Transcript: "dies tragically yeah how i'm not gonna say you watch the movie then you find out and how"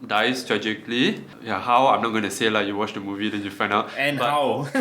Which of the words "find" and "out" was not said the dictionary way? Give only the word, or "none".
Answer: find